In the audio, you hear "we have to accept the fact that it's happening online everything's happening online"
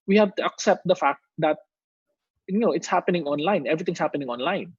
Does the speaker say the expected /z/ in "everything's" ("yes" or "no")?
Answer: no